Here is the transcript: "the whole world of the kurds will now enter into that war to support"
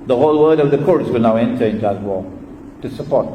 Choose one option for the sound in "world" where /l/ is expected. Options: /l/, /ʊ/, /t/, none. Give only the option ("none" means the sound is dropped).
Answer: none